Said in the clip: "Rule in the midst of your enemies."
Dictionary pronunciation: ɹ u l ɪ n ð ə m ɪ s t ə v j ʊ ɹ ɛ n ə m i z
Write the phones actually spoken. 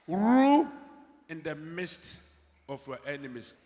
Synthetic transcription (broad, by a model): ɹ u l ɪ n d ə m ɪ s t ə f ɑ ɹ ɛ n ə m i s